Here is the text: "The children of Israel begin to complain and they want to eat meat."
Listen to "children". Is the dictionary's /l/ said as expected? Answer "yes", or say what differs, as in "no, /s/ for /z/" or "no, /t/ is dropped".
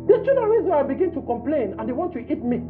no, /l/ is dropped